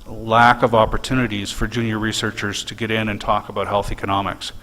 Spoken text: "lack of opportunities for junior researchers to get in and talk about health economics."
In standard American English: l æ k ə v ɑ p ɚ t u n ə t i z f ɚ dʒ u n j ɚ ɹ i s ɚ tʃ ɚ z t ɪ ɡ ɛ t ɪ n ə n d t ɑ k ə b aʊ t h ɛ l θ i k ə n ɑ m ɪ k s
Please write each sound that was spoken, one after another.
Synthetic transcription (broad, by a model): l æ k ə v ɑ p ɚ t u n ə t i z f ɚ dʒ u n j ɚ ɹ i s ɚ tʃ ɚ z t ɪ ɡ ɛ t ɪ n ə n t ɑ k ə b aʊ t h ɛ l θ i k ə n ɑ m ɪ k s